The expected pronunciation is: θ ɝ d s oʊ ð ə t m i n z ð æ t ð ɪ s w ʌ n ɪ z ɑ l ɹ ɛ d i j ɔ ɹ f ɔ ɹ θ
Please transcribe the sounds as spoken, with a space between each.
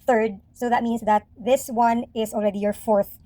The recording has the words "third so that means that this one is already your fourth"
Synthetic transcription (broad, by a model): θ ɝ d s oʊ ð ə t m i n s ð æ t ð ɪ s w ʌ n ɪ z ɑ l ɹ ɛ d i j ɔ ɹ f ɔ ɹ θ